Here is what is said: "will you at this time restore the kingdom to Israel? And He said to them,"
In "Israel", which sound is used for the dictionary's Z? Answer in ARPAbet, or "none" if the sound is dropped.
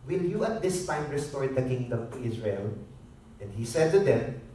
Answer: S